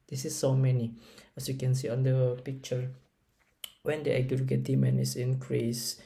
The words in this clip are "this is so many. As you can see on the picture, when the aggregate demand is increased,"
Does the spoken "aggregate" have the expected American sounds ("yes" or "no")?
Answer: no